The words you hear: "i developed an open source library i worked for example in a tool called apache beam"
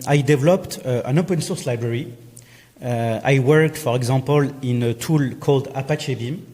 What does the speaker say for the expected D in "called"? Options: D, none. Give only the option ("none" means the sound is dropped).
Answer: D